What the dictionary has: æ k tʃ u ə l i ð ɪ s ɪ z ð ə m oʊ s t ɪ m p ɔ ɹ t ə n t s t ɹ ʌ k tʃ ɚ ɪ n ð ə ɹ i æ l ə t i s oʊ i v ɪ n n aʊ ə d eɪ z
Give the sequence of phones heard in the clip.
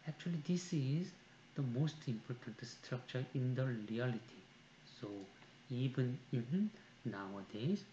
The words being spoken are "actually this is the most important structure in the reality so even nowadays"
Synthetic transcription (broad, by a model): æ k tʃ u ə l i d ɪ s ɪ z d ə m oʊ s t ɪ m p ɔ ɹ t ə n t s t ɹ ʌ k tʃ ɚ ɪ n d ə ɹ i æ l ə t i s oʊ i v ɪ n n aʊ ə d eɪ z